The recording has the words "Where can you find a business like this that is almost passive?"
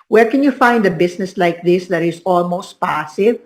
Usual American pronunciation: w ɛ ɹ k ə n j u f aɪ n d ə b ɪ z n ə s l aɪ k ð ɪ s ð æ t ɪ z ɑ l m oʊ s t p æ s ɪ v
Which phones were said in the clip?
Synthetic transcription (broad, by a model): w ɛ ɹ k ə n j u f aɪ n d ə b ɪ s n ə s l aɪ k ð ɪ s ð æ t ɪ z ɑ l m oʊ s t p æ s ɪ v